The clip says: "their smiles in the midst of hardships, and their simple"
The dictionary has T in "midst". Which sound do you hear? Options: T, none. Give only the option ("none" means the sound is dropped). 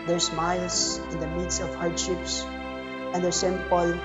none